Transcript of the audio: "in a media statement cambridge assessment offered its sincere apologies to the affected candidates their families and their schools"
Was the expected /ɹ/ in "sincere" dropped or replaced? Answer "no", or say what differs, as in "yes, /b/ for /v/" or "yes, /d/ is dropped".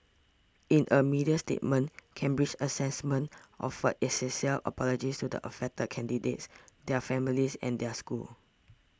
yes, /l/ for /ɹ/